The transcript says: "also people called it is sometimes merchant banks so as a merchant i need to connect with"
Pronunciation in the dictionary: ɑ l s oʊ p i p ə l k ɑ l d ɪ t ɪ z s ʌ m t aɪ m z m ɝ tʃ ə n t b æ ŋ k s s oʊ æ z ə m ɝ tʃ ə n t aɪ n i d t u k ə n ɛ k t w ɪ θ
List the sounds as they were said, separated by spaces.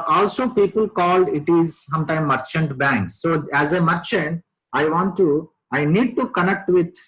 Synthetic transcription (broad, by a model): ɑ l s oʊ p i p ə l k ɑ l d ɪ t ɪ z s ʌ m t aɪ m m ɝ tʃ ə n t b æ ŋ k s s oʊ æ z ə m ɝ tʃ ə n t aɪ n i d t u k ə n ɛ k t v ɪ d